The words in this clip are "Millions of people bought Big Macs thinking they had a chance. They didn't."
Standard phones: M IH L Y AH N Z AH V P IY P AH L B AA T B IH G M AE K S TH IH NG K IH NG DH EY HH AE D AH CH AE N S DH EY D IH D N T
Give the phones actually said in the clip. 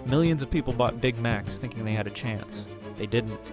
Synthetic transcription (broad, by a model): M IH L Y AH N Z AH V P IY P L B AA T B IH G M AE K S TH IH NG K IH NG DH EY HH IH D AH CH AE N S DH EY D IH D N T